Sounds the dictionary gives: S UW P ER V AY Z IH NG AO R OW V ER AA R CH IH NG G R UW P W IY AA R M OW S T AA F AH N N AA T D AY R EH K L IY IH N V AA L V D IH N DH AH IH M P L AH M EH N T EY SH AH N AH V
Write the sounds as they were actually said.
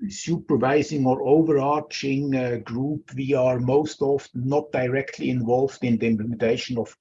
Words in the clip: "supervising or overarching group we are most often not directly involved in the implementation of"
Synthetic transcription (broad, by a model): S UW P ER V AY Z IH NG AO R OW V ER AA R CH IH NG G R UW P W IY AA R M OW S T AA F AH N N AA T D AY R EH K L IY IH N V AA L V D IH N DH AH IH M P L AH M EH N T EY SH AH N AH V